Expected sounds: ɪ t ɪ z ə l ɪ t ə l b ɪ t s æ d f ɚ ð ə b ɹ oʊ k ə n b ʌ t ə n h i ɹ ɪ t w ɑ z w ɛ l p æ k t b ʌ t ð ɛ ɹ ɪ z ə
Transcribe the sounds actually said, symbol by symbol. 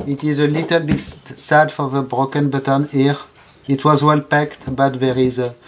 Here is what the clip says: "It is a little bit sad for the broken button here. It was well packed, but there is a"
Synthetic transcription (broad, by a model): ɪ t ɪ z ə l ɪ t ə l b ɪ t s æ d f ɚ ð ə b ɹ oʊ k ə n b ʌ t ə n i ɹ ɪ t w ɑ z w ɛ l p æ k t b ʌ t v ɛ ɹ ɪ z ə